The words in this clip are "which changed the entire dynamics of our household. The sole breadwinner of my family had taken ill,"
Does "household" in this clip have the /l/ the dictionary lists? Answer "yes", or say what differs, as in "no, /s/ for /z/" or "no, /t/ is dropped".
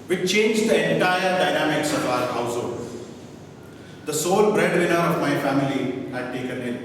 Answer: no, /l/ is dropped